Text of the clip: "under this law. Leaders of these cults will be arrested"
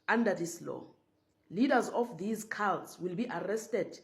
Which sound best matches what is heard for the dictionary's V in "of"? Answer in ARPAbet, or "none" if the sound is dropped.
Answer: F